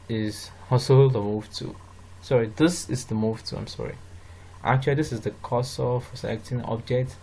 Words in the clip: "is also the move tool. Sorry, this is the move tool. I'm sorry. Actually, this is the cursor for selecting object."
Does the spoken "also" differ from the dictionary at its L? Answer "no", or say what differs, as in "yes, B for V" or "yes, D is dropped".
yes, L is dropped